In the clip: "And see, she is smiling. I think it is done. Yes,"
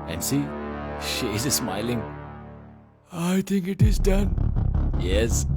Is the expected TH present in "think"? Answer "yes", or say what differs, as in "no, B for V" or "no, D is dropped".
no, T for TH